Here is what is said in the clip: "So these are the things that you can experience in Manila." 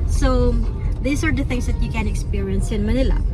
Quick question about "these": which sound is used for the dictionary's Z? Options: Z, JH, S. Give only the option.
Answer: S